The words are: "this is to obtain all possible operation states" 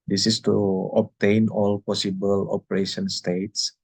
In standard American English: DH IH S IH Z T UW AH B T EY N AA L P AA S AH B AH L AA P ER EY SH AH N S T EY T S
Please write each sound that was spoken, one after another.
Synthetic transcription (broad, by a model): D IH S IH S T UW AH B T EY N AA L P AA S AH B AH L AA P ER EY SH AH N S T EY T S